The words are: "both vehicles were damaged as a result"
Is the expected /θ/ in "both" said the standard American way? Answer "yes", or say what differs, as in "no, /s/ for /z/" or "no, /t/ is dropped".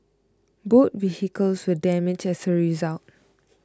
no, /t/ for /θ/